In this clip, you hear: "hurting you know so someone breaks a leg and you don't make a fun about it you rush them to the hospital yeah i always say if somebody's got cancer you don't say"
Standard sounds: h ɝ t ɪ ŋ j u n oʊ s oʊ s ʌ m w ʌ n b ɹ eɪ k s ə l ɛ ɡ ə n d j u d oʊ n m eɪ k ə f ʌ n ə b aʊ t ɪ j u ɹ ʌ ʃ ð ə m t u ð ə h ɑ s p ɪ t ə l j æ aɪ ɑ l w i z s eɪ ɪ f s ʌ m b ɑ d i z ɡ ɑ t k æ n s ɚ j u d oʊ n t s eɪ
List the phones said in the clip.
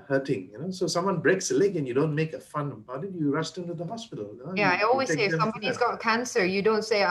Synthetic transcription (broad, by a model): h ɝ t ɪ ŋ j u n oʊ s oʊ s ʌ m w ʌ n b ɹ eɪ k s ə l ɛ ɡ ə n j u d oʊ n m eɪ k ə f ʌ n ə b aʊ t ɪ j u ɹ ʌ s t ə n t u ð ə h ɑ s p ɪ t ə l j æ aɪ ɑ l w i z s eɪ ɪ f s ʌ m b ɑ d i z ɡ ɑ t k æ n s ɚ j u d oʊ n t s eɪ